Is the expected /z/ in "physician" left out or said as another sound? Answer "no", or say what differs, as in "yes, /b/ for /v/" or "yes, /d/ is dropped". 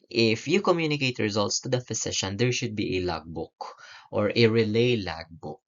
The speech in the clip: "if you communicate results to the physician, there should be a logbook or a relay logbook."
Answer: yes, /s/ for /z/